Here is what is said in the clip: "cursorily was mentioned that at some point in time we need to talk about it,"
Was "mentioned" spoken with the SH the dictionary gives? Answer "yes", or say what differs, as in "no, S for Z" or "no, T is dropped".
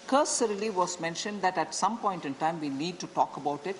yes